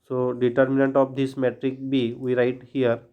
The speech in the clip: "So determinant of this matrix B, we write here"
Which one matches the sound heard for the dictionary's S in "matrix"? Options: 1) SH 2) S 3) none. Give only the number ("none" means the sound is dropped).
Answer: 3